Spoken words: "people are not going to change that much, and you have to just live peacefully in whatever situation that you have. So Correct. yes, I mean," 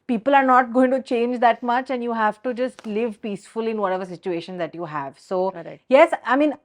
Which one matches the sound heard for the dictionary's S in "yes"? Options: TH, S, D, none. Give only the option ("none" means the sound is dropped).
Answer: S